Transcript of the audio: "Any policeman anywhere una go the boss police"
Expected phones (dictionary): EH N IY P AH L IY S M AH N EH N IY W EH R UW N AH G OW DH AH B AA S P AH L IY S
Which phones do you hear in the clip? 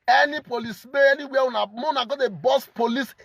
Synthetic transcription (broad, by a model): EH N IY P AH L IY S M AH EH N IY W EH W UW N AH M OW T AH B AA S P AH L IY S